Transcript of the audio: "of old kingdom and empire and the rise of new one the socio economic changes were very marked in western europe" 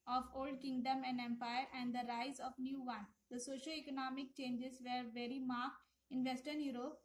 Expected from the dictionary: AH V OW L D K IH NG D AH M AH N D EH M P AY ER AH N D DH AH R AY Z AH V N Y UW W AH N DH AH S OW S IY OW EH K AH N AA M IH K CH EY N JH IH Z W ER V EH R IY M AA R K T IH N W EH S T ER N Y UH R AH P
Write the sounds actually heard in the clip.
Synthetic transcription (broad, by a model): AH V OW L D K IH NG D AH M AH N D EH M P AY ER AH N D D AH R AY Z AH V N Y UW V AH N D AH S OW SH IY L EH K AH N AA M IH K CH EY N JH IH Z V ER V EH R IY M AA R K T IH N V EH S T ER N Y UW R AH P